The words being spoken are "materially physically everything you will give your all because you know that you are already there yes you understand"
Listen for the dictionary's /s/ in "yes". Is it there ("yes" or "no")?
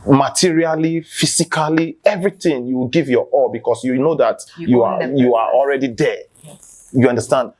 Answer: no